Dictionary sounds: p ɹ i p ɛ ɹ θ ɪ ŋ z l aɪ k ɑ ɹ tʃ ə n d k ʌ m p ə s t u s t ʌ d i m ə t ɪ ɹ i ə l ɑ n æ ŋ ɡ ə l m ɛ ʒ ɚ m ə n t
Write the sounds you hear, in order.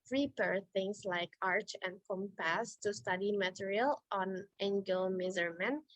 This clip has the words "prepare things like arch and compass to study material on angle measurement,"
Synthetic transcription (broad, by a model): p ɹ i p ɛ ɹ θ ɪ ŋ s l aɪ k ɑ ɹ tʃ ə n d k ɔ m p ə s t u s t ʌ d i m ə t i ɹ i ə l ɑ n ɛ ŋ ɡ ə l m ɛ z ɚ m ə n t